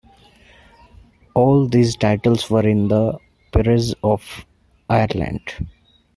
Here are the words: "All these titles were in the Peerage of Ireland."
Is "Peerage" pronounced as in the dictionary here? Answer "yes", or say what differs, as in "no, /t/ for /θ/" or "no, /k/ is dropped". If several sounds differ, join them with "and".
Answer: no, /z/ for /dʒ/